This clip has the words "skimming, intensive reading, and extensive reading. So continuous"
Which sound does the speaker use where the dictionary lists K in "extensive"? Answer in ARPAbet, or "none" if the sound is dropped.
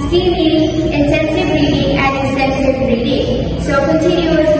none